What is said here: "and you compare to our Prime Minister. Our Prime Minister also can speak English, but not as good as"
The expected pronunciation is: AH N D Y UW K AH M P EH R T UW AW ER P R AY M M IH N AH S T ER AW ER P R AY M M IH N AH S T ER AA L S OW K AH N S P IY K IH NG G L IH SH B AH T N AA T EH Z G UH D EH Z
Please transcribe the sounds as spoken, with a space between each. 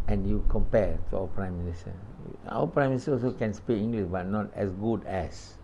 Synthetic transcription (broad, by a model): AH N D Y UW K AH M P EH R T UW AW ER P R AY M M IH N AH S T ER AW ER P R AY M M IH N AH S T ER AA L S OW K AH N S P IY IH NG G L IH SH B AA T N AA T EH S G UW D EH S